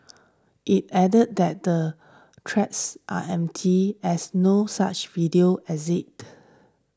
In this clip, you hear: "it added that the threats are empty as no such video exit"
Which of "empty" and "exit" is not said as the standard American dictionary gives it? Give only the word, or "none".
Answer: exit